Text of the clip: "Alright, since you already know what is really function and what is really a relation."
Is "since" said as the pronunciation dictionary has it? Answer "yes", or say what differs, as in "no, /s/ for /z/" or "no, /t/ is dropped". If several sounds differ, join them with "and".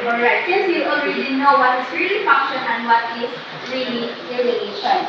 no, /n/ is dropped